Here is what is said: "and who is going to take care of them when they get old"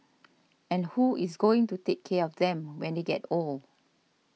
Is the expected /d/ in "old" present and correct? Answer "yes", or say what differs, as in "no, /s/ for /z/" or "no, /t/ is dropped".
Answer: no, /d/ is dropped